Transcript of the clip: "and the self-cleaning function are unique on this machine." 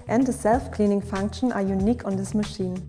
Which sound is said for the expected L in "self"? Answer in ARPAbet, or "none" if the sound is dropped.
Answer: L